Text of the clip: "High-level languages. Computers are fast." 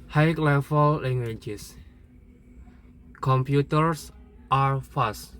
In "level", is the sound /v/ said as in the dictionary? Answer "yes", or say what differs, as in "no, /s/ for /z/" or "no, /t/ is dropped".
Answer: no, /f/ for /v/